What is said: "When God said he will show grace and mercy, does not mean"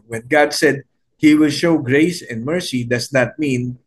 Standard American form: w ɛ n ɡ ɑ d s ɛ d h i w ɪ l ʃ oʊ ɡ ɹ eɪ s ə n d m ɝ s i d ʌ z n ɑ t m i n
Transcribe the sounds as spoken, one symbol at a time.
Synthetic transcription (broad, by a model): w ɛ n ɡ ɑ d s ɛ d h i w ɪ l ʃ oʊ ɡ ɹ eɪ s ə n d m ɝ s i d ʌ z n ɑ t m i n